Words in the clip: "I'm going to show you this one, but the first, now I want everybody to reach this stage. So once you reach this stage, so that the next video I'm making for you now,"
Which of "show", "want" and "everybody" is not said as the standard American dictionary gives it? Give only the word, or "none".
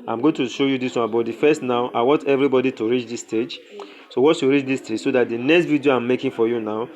none